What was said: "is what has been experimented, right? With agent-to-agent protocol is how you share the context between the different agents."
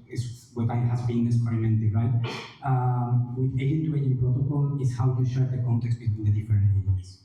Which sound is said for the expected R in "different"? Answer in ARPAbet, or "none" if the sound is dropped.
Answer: none